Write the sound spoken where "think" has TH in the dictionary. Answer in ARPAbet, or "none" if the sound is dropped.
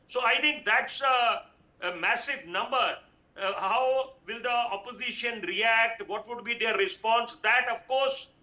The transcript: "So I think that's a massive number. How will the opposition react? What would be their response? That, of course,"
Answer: T